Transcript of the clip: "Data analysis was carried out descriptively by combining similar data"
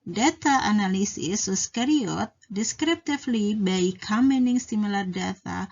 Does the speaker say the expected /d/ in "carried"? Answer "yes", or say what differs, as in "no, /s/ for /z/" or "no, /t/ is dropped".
no, /d/ is dropped